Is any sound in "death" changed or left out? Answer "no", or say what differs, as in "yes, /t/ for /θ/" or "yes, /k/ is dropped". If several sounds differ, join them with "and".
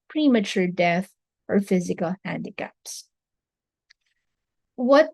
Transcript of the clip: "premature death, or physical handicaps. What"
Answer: no